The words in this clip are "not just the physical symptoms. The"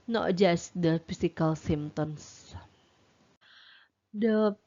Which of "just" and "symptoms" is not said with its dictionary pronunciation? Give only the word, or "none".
symptoms